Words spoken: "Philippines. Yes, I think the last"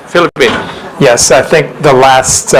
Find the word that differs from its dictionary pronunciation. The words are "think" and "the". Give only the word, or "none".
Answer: none